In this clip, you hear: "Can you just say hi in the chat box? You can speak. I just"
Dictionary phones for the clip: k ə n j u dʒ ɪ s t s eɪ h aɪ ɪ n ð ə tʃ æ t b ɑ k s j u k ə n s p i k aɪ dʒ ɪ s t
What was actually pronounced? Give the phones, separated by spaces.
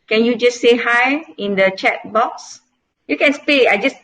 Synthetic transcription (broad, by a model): k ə n j u dʒ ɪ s s eɪ h aɪ ɪ n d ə tʃ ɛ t b ɑ k s j u k ə n s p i aɪ dʒ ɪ s